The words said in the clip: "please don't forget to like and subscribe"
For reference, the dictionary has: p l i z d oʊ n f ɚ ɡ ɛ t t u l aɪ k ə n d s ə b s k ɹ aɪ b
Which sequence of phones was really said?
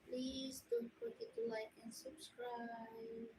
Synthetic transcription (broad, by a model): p l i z d oʊ n p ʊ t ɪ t t u l aɪ k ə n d s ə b s k ɹ aɪ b